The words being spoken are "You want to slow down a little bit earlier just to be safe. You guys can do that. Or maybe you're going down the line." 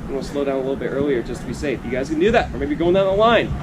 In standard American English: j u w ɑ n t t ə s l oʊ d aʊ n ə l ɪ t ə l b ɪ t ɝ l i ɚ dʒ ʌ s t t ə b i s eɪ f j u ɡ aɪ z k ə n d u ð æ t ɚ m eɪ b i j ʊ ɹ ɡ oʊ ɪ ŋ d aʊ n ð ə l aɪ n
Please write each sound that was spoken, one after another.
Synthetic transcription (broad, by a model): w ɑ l s l oʊ d aʊ n ə l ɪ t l b ɪ t ɝ l i ɚ dʒ ʌ s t t ə b i s eɪ f j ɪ ɡ aɪ z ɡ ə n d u ð æ t ɚ m eɪ b i ɡ oʊ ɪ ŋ d aʊ n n l aɪ n